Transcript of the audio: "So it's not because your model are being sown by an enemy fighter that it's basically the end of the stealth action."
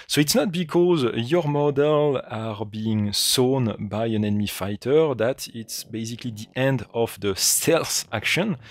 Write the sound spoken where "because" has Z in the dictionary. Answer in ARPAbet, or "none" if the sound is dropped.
Z